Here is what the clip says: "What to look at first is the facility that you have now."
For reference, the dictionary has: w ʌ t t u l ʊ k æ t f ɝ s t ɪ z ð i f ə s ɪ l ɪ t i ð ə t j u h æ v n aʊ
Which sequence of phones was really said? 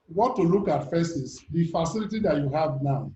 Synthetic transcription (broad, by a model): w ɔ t t u l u k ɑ t f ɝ s ɪ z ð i f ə s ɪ l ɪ t i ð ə t j u h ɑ v n aʊ